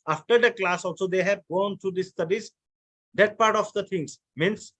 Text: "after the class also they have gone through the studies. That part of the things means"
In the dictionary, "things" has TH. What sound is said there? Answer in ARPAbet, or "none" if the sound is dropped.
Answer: T